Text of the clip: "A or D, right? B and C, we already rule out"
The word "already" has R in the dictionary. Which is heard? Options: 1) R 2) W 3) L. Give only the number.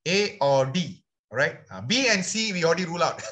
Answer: 3